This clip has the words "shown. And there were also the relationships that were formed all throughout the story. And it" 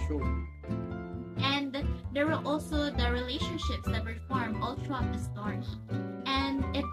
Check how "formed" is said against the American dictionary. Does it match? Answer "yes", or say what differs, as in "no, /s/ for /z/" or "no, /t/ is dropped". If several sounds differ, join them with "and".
no, /d/ is dropped